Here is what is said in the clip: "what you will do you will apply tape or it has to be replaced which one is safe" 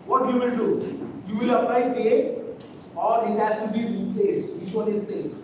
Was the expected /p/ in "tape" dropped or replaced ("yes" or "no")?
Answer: yes